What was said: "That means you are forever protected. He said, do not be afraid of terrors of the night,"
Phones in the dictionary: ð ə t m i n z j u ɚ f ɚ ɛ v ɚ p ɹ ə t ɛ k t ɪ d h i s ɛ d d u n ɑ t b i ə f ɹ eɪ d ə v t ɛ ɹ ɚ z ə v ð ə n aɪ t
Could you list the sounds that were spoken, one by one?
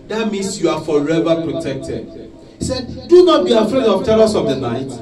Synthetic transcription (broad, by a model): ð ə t m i n s j u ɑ f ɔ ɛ v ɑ p ɹ ə t ɛ k t ɪ d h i s ɛ d d u n ɑ t b i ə f ɹ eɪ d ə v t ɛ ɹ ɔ s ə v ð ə n aɪ t